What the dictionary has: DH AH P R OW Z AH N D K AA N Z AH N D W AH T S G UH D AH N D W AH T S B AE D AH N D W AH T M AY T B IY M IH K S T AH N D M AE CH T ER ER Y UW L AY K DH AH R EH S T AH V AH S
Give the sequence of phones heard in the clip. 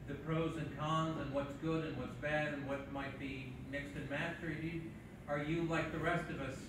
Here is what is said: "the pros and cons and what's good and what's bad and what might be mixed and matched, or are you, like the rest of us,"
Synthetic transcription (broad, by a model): DH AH P R OW Z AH N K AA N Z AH N W AH T S G UH D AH N W AH T S B AE D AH N W AH T M AY T B IY M IH K S T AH N M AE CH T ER ER Y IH L AY K DH AH R EH S T AH V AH S